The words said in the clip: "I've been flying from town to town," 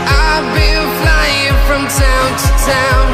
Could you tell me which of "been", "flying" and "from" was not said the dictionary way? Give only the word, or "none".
been